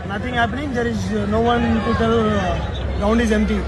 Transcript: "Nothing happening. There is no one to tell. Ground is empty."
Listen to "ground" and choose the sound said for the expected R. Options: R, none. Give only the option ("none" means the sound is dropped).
none